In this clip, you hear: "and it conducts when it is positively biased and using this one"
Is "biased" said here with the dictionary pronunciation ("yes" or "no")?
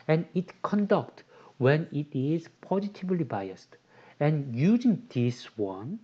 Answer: yes